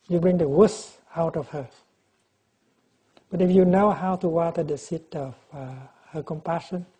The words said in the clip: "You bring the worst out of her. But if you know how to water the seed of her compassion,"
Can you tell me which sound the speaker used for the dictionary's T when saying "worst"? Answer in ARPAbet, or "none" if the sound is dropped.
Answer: none